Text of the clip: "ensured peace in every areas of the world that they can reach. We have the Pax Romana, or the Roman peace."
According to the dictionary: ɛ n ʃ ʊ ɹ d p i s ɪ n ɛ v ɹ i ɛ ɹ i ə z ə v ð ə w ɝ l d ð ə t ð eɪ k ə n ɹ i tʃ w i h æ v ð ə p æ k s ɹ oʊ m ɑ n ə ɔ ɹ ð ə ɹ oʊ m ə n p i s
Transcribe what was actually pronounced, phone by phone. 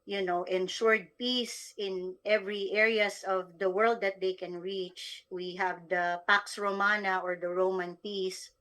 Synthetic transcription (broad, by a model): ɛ n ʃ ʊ ɹ d p i s ɪ n ɛ v ɹ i ɛ ɹ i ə s ə v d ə w ɝ l d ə t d eɪ k ə n ɹ i tʃ w i h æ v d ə p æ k s ɹ oʊ m ɑ n ə ɔ ɹ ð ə ɹ oʊ m ə n p i s